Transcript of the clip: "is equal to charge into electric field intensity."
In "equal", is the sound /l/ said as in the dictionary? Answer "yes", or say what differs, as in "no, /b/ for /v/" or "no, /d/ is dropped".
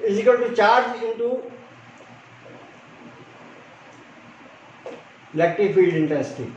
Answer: no, /n/ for /l/